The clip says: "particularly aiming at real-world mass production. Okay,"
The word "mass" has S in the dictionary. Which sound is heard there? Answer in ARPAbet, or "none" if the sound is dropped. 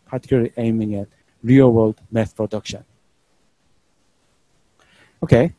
TH